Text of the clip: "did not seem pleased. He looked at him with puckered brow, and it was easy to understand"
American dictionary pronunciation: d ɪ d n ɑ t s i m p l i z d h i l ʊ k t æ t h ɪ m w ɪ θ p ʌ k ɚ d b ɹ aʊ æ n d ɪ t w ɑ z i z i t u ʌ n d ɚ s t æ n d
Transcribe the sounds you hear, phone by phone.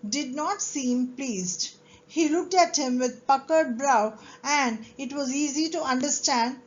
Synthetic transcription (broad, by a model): d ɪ d n ɑ t s i m p l i z d h i l ʊ k t æ t h ɪ m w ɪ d p ʌ k ɚ d b ɹ aʊ æ n d ɪ t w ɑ z i z i t u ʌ n d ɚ s t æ n d